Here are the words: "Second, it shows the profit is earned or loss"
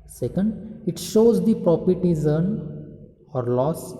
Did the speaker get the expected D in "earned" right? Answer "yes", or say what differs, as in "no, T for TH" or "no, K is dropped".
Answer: no, D is dropped